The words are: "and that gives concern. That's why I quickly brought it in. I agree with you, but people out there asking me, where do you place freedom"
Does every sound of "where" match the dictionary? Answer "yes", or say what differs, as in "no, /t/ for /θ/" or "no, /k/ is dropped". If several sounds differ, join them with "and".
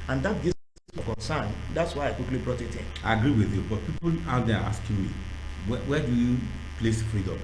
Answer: no, /w/ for /ɹ/